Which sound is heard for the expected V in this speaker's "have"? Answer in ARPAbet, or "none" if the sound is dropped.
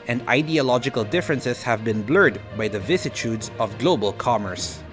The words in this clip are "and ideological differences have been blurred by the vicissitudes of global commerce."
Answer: V